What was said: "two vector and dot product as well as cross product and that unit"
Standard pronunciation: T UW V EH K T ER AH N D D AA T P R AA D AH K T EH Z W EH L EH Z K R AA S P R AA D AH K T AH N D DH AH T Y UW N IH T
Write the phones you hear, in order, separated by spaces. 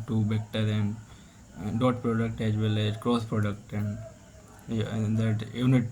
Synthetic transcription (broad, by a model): T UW B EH K T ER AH N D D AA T P R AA D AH K T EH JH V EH L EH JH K R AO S P R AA D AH K T AH N D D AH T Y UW N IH T